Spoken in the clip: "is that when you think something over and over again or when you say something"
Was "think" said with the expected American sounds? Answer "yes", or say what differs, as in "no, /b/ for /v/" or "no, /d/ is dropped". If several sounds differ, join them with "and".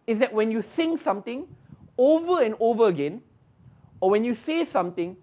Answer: no, /s/ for /θ/